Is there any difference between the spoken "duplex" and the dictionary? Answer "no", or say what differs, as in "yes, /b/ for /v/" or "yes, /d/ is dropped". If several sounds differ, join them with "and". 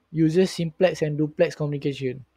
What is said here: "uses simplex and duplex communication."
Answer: no